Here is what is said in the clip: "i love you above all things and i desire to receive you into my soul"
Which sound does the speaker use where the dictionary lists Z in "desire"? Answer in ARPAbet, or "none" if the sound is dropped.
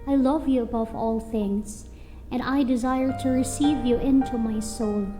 Z